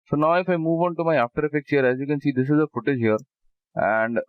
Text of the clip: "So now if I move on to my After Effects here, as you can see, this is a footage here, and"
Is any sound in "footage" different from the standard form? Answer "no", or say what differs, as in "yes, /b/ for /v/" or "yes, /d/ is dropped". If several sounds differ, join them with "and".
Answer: no